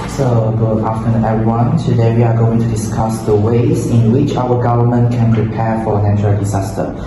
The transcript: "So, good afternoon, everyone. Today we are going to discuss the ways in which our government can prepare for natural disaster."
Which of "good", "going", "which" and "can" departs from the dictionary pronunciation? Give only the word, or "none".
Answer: good